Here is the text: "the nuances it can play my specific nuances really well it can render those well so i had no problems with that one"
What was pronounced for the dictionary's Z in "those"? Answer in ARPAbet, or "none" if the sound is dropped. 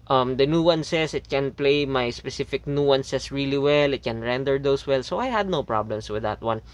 S